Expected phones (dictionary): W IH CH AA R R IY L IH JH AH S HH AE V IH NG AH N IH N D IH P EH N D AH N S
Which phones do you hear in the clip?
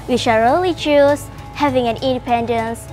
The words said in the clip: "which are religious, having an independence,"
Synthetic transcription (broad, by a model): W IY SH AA L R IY L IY CH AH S HH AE V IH NG AH N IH N D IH P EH N D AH N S